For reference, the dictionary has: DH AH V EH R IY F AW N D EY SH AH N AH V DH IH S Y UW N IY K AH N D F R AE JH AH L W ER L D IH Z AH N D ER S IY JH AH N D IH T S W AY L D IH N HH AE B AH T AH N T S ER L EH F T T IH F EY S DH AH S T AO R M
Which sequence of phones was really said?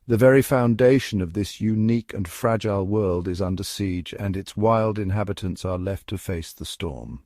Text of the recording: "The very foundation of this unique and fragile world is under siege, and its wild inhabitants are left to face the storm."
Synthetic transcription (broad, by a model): DH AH V EH R IY F AW N D EY SH AH N AH V DH IH S Y UW N IY K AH N F R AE JH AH L W ER L D IH Z AH N D ER S IY JH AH N IH T S W AY L D IH N HH AE B AH T AH N T S ER L EH F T T IH F EY S DH AH S T AO R M